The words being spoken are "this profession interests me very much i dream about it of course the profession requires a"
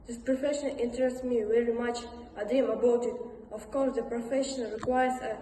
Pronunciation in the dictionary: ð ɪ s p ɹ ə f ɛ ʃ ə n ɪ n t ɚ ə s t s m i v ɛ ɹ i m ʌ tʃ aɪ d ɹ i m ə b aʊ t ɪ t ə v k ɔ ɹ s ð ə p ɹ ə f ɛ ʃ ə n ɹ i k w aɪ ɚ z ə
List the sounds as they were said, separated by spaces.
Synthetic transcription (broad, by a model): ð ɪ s p ɹ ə f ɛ ʃ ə n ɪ n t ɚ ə s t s m i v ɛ ɹ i m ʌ tʃ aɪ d i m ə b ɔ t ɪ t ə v k ɔ ɹ s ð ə p ɹ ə f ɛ ʃ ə n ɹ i k w aɪ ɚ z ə